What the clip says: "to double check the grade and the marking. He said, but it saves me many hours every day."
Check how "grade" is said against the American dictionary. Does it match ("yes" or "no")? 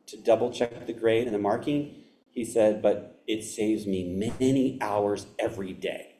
yes